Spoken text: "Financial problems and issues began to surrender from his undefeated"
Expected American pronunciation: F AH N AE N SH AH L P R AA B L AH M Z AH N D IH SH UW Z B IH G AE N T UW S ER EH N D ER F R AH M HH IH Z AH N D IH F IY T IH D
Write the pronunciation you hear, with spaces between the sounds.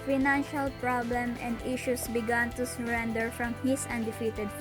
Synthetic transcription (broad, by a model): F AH N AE N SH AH L P R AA B L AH M AH N D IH SH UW S B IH G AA N T UW S ER EH N D ER F R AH M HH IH S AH N D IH F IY T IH D